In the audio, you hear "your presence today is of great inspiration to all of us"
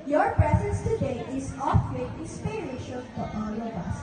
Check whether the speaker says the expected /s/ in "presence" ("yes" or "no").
yes